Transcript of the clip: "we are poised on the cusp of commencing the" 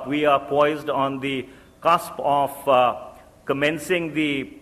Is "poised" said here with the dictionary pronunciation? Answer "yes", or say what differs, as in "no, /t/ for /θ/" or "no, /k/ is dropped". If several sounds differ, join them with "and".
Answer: yes